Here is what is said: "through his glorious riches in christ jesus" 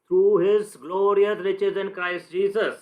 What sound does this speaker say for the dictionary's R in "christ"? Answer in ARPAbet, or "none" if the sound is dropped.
R